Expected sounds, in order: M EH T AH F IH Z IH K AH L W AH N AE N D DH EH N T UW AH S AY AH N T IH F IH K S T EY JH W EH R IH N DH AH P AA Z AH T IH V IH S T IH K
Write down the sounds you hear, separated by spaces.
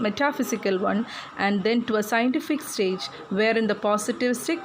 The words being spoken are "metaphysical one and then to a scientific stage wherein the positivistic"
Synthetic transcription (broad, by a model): M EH T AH F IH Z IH K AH L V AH N AE N D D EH N T UW AH S AY AH N T IH F IH K S T EY JH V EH R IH N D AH P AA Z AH T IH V S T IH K